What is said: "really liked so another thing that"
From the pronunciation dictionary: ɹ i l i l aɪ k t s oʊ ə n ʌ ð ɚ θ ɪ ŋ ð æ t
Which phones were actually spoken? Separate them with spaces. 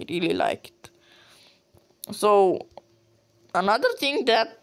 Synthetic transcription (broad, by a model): ɹ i l i l aɪ k t s oʊ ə n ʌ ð ɚ t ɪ ŋ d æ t